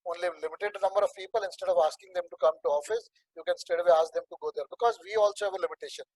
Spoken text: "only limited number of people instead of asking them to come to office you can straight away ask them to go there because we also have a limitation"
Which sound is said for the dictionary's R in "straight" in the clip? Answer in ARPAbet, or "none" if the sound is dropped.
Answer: none